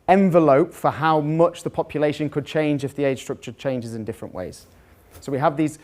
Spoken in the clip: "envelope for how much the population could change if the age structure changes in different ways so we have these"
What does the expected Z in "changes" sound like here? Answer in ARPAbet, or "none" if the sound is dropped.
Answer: Z